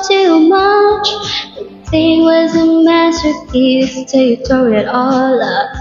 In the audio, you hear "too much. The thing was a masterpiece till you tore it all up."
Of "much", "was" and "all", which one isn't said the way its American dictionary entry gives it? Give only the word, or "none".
none